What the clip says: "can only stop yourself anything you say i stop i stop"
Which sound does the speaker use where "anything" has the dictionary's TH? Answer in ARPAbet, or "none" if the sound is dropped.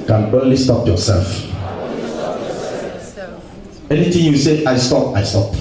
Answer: T